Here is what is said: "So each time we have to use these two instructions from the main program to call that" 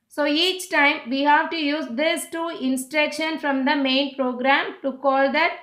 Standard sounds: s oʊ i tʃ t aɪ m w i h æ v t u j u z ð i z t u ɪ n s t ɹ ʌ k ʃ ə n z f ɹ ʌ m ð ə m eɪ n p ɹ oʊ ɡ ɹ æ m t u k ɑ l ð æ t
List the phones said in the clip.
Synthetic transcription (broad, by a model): s oʊ i tʃ t aɪ m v i h æ v t u j u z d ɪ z t u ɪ n s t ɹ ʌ k ʃ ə n f ɹ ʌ m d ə m eɪ n p ɹ oʊ ɡ ɹ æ m t u k ɑ l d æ t